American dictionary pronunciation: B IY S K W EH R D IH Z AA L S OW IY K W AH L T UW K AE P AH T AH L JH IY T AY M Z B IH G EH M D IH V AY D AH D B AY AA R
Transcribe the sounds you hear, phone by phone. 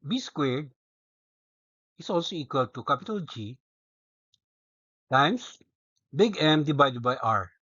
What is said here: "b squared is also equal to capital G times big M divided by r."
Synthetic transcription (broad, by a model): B IY S K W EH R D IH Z AA L S OW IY K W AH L T UW K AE P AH T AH L JH IY T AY M S B IH G EH M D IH B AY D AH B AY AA R